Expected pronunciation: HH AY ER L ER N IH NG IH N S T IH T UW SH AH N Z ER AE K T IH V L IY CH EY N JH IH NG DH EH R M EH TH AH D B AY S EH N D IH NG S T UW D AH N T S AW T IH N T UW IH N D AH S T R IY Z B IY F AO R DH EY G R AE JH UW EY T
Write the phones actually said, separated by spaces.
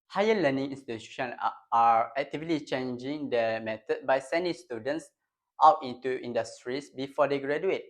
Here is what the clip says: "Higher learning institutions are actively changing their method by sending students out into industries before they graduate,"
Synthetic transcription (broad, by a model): HH AY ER L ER N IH NG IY N S T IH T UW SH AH N AA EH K T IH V L IY CH EY N JH IH NG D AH M EH T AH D B AY S EH N D IH NG S T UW D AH N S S AW T IH N T UW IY N D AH S T R IY S B IY F AO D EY G R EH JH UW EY T